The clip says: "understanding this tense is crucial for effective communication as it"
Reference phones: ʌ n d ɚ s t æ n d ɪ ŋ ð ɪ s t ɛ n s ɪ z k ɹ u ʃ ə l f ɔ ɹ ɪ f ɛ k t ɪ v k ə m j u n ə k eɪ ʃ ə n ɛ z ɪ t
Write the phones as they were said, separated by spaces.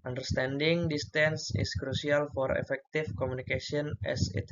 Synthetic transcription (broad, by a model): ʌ n d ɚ s t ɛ n d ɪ ŋ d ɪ s t ɛ n s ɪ s k ɹ u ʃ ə l f ɔ ɹ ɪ f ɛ k t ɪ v k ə m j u n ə k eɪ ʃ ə n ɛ s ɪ t